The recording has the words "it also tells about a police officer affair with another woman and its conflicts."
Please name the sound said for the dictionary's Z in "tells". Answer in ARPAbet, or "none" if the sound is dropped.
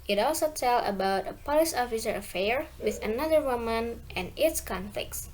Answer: none